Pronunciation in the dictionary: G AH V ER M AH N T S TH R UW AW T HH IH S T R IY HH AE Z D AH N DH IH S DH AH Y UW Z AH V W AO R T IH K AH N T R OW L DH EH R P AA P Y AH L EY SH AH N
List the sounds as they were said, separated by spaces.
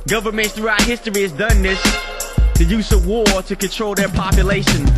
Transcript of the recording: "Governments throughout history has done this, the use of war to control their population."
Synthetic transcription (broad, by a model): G AH V ER M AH N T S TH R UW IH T HH IH S T R IY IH Z D AH N DH IH S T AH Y UW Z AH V W AO R T IH K AH N T R OW L DH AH R P AA P Y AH L EY SH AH N